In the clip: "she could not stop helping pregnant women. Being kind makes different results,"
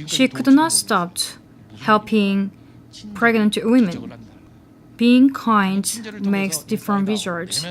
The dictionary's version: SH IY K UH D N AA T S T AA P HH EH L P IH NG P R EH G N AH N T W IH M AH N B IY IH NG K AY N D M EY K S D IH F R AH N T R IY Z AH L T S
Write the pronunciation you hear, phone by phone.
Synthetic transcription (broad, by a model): SH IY K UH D N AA T S T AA P HH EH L B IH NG P R EH G N AH N T W IH M AH N B IY IH NG K AY N D M EY K S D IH F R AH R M R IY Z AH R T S